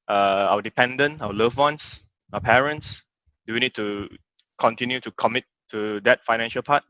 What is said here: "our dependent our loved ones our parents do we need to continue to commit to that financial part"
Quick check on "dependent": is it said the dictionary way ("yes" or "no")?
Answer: no